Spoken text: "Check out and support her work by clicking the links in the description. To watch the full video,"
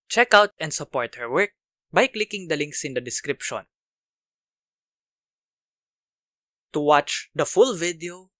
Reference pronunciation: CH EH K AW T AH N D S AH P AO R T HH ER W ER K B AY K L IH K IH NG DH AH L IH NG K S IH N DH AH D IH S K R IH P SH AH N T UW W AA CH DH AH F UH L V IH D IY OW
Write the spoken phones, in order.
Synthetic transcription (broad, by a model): CH EH K AW T AH N D S AH P AO R T HH ER W ER K B AY K L IH K IH NG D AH L IH NG K S IH N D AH D IH S K R IH P SH AH N T UW W AA CH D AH F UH L V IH D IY OW